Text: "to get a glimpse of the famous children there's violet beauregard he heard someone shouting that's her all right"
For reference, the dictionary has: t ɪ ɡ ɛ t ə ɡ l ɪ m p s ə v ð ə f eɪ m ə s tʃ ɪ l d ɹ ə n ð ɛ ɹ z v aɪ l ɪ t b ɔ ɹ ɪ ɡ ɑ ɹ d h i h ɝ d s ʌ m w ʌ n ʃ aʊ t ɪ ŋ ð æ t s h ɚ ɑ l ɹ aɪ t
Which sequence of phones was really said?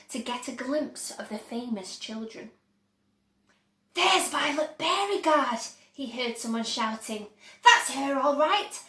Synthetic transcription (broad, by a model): t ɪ ɡ ɛ t ə ɡ l ɪ m p s ə v ð ə f eɪ m ə s tʃ ɪ l d ɹ ə n ð ɛ ɹ z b aɪ l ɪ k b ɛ ɹ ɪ ɡ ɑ ɹ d h i h ɝ d s ʌ m w ʌ n ʃ aʊ t ɪ ŋ ð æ t s h ɚ ɑ l ɹ aɪ t